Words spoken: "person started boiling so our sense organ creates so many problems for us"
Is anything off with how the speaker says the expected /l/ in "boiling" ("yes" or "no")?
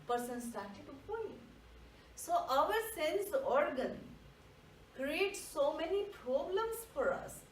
yes